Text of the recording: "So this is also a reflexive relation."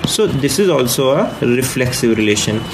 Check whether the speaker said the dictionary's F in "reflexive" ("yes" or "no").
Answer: yes